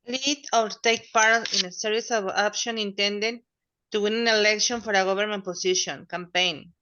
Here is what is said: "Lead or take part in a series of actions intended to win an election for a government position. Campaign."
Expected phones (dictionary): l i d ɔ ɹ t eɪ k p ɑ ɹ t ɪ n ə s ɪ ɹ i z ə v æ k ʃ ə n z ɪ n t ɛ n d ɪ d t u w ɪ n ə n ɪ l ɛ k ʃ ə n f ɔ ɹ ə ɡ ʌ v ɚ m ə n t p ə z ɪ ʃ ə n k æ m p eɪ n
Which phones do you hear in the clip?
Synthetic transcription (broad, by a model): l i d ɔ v t eɪ k p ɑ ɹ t ɪ n ə s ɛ ɹ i s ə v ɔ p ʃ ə n ɪ n t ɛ n d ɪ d t u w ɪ n ə n ɪ l ɛ k ʃ ə n f ɔ ɹ ə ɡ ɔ b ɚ m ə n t p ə s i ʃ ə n k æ m p eɪ n